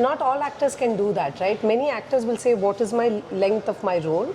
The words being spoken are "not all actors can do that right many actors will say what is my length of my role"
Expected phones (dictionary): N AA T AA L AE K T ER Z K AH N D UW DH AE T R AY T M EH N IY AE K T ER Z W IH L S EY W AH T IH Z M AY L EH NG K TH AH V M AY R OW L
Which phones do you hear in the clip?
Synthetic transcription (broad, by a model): N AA T AA L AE K T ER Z K AH N D UW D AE T R AY T M EH N IY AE K T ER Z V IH L S EY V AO T IH Z M AY L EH NG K T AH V M AY R OW L